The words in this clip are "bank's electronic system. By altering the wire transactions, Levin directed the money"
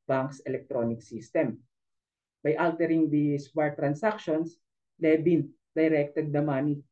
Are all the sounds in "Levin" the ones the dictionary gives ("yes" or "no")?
no